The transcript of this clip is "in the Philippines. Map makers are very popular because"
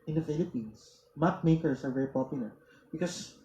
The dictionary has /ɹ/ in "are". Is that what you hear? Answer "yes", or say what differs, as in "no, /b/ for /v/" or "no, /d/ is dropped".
yes